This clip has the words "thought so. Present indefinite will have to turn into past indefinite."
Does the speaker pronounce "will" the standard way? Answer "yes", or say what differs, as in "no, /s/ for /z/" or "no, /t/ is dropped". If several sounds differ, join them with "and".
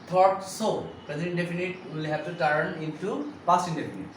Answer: yes